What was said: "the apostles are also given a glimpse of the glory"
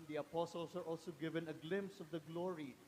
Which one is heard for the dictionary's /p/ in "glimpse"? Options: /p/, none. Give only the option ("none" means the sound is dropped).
/p/